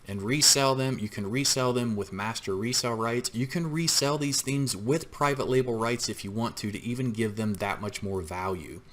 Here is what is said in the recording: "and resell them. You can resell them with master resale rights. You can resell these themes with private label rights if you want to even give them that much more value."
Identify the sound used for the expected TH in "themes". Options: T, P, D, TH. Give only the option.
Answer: TH